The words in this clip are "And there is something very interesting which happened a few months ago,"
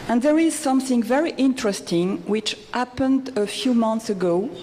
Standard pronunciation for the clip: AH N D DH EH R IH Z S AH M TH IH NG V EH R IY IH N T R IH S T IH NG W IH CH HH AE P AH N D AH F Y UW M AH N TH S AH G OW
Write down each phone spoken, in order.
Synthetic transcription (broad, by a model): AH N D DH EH R IH Z S AH M TH IH NG V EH R IY IH N T R IH S T IH NG W IH CH HH AE P AH N D AH F Y UW M AH N TH S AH G OW